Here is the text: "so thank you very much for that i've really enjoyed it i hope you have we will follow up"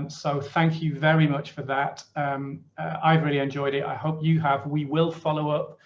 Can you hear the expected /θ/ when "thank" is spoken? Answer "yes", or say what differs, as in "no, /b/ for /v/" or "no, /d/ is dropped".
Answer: yes